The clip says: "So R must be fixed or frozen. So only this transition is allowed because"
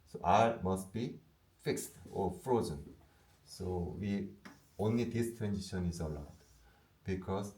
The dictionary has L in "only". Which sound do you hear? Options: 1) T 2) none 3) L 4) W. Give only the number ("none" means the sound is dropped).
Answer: 3